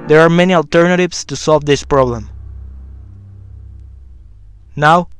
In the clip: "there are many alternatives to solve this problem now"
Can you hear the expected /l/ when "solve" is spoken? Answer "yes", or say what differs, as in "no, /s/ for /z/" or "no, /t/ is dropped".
yes